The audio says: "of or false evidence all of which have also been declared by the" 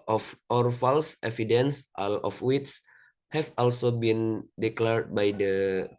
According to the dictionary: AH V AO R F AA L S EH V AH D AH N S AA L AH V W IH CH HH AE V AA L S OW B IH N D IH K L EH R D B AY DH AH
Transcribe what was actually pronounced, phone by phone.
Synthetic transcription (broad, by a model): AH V AO R F AA L S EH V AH D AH N S AA L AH F W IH S HH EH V AA L S OW B IH N D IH K L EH R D B AY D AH